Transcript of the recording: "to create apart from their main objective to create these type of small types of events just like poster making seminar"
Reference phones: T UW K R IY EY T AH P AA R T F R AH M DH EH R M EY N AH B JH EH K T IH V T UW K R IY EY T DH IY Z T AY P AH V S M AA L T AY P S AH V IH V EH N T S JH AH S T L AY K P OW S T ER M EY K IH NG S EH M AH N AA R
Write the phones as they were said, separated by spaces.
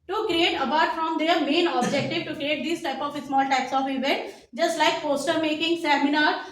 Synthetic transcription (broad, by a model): T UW K R IY EY T AH P AA R T F R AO M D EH R M EY N AH B JH EH K T IH V T UW K R IY EY T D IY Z T AY P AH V S M AA L T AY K S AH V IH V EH N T JH AH S T L AY K P OW S T ER M EY K IH NG S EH M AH N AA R